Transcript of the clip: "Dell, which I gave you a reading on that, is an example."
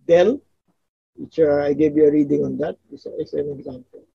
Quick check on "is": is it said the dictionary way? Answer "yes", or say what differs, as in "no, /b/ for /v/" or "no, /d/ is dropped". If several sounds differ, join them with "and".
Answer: no, /s/ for /z/